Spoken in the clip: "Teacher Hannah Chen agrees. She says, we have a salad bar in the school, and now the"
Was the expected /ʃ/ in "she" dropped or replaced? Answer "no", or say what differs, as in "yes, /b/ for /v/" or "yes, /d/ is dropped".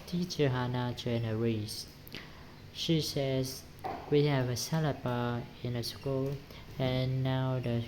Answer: no